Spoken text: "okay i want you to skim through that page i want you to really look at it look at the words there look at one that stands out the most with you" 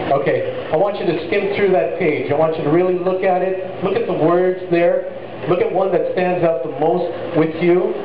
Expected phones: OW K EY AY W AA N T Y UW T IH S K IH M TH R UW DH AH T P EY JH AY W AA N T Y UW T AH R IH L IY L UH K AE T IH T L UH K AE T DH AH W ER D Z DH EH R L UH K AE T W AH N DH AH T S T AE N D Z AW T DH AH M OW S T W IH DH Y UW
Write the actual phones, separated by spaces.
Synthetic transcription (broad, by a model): OW K EY AY W AA N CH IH T IH S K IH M TH R UW DH AH T P EY JH AY W AA N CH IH T AH R IH L IY L UH K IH T IH T L UH K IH T DH AH W ER D Z DH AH R L UH K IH T W AH N DH AH T S T AE N D Z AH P DH AH M OW S T W IH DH Y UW